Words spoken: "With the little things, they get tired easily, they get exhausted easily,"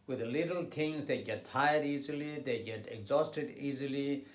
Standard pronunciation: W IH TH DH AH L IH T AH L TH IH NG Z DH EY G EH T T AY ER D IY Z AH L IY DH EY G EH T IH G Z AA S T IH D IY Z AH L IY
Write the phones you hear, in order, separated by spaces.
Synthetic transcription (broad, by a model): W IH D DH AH L IH T AH L T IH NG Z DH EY G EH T T AY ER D IY Z AH L IY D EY G EH T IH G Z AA S T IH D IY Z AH L IY